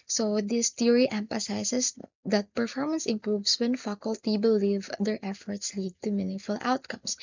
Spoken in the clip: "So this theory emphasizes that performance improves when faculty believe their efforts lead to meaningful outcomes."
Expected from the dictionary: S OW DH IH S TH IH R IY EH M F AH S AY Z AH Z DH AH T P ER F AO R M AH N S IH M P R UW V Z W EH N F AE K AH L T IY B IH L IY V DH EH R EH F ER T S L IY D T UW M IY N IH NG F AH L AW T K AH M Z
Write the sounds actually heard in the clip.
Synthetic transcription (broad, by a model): S OW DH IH S T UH R IY EH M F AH S AY S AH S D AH T P ER F AO R M AH N S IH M P R UW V S W EH N F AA K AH L T IY B IH L IY V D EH R EH F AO T S L IY D T UW M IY N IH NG F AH L AW T K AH M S